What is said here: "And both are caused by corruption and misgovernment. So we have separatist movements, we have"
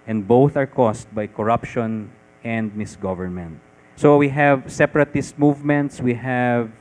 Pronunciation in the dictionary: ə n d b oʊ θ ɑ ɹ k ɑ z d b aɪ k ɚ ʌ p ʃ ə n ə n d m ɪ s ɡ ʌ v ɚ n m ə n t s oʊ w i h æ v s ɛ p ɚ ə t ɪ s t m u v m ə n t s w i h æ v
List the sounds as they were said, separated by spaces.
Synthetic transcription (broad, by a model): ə n d b oʊ θ ɑ ɹ k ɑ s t b aɪ k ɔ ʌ p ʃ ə n ə n d m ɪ s ɡ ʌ v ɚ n m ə n t s oʊ w i h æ v s ɛ p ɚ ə t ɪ s t m u v m ə n t s w i h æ v